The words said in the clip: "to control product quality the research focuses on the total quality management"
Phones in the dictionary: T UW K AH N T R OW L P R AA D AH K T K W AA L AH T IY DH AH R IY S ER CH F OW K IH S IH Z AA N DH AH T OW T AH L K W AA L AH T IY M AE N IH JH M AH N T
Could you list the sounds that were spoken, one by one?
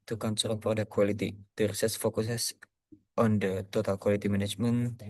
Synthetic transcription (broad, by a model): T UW K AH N S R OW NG P R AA D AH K K W AA L AH T IY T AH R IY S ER S F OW K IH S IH S AA N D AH T OW T AH L K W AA L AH T IY M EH N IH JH M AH N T